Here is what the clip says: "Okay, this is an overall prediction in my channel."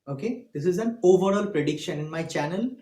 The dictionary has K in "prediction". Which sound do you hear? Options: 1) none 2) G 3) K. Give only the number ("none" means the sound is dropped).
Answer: 3